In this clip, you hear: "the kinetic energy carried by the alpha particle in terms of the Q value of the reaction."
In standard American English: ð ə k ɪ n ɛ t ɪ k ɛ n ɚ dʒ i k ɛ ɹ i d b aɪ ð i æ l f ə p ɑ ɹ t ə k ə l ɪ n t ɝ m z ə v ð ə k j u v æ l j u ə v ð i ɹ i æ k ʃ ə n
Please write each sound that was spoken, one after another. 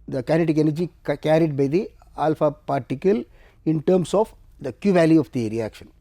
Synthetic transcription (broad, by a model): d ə k ɪ n ɛ t ɪ k ɛ n ɚ dʒ i k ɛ ɹ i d b aɪ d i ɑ l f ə p ɑ ɹ t ə k ə l ɪ n t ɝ m s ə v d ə k j u v æ l j u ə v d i ɹ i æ k ʃ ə n